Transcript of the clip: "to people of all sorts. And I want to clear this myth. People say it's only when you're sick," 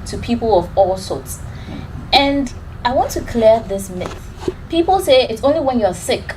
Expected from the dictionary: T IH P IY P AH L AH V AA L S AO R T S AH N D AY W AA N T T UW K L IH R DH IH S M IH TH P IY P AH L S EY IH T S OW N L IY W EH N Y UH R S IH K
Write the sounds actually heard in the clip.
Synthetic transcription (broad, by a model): T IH P IY P AH L AH V AA L S AO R T S AH N D AY W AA N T T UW K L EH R DH IH S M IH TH P IY P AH L S EY IH T S OW N L IY W EH N Y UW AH S IH K